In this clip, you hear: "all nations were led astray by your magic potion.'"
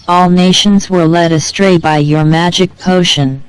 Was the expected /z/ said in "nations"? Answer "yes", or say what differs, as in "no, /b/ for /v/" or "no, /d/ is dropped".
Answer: yes